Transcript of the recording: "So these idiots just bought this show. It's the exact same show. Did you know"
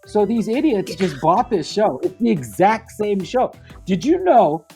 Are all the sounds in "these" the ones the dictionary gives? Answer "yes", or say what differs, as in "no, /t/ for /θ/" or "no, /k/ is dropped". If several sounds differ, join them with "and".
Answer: yes